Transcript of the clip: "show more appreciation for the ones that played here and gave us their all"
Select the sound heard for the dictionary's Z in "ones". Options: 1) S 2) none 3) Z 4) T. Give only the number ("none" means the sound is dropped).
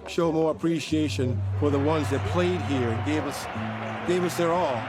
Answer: 3